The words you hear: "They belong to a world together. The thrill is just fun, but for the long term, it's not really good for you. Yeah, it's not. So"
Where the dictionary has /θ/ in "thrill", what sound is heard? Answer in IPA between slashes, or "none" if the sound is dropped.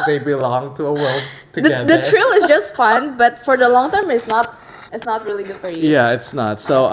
/t/